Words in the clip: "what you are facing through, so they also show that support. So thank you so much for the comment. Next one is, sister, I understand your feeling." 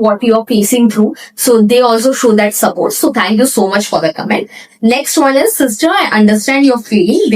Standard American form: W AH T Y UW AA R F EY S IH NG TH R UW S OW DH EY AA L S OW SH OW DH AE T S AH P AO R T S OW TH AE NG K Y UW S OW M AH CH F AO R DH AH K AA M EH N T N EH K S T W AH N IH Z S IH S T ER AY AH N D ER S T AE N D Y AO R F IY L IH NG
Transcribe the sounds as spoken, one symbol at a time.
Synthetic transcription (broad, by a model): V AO T Y UW AA R P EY S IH NG T R UW S OW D EY AA L S OW SH OW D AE T S AH P AO R T S OW T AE NG K Y UW S OW M AH CH F AO R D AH K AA M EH N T N EH K S T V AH N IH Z S IH S T ER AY AH N D ER S T AE N D Y AO R F IY L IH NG